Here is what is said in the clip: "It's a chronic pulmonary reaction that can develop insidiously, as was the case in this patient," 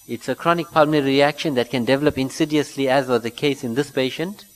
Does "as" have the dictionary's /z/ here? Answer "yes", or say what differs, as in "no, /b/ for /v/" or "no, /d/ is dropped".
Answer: yes